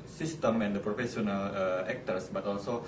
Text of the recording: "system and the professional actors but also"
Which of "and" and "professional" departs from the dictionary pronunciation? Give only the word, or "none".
professional